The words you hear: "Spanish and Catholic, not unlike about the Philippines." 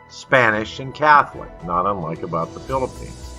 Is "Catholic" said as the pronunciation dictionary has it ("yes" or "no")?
yes